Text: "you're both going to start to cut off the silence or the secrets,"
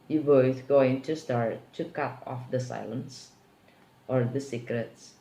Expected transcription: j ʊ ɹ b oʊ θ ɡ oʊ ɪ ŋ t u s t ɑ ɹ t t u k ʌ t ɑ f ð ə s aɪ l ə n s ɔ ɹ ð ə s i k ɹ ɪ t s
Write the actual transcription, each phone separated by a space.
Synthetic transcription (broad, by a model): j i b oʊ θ ɡ oʊ ɪ ŋ t u s t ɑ ɹ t t u k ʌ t ɑ f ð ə s aɪ l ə n s ɔ ɹ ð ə s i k ɹ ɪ t s